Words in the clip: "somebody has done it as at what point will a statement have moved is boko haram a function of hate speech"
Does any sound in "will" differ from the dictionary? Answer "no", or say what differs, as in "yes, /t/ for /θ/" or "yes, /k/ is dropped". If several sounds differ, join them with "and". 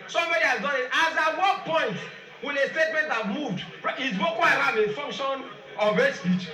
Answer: yes, /n/ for /l/